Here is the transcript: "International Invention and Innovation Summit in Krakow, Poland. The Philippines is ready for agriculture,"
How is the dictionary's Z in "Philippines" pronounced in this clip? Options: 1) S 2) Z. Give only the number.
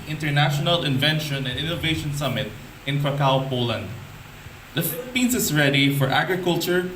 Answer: 1